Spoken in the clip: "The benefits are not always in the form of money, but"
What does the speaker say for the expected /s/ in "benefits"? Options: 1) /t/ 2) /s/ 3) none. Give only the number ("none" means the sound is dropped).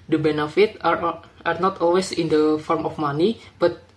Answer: 3